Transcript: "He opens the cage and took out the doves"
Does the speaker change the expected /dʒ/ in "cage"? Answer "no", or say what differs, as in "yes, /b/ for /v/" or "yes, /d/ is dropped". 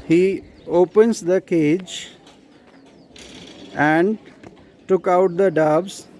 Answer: no